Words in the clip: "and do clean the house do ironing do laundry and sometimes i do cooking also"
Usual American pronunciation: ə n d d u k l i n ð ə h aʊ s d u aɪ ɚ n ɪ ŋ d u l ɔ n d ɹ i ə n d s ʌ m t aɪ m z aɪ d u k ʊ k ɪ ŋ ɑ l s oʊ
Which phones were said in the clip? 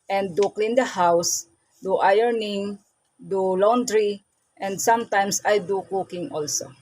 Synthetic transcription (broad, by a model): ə n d d u k l i n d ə h aʊ s d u aɪ ɚ n ɪ ŋ d u l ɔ n d ɹ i ə n d s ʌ m t aɪ m s aɪ d u k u k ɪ ŋ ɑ l s oʊ